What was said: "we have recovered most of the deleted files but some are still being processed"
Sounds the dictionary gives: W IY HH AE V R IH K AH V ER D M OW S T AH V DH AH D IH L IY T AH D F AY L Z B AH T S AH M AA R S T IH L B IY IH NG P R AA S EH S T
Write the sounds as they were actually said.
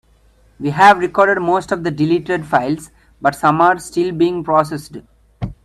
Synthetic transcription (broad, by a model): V IY HH AE V R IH K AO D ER D M OW S T AH V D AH D IH L IY T AH D F AY L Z B AH T S AH M AA R S T IH L B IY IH NG P R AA S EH S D